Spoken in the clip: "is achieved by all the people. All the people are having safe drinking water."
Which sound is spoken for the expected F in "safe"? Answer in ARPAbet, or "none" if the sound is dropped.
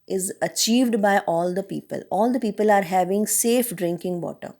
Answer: F